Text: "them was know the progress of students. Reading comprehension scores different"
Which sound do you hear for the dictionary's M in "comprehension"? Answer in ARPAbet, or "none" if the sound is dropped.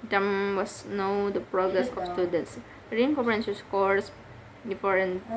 none